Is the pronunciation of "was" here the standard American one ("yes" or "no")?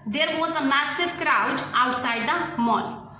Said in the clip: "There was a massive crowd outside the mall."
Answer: no